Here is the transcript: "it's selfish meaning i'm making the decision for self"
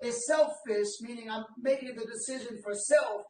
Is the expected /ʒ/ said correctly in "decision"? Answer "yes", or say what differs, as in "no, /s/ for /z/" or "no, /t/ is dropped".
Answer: yes